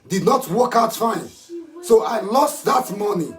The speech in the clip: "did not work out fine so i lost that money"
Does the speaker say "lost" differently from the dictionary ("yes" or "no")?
no